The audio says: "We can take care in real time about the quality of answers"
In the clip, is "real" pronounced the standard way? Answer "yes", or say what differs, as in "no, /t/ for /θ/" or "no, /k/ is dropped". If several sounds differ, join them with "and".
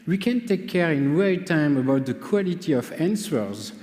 no, /w/ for /ɹ/